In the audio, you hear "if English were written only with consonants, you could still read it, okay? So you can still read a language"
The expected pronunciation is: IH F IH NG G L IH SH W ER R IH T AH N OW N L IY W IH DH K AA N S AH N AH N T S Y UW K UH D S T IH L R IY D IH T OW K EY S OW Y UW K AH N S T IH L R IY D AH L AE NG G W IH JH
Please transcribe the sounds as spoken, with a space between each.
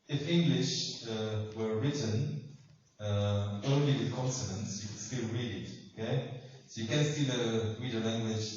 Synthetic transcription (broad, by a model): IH F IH NG G L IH SH W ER R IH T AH N OW N L IY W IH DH K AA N S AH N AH N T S Y UW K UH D S T IH L R IY D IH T OW K EY S OW Y UW K AH N S T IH L R IY D AH L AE NG G W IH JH